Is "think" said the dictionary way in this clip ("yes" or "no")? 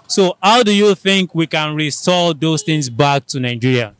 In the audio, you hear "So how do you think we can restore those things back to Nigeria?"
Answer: yes